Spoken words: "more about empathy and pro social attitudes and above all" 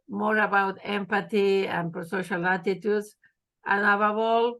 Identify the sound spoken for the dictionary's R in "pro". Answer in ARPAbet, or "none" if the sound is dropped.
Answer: none